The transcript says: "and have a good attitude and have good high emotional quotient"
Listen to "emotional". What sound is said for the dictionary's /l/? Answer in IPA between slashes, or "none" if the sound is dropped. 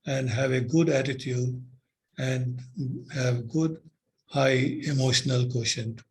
/l/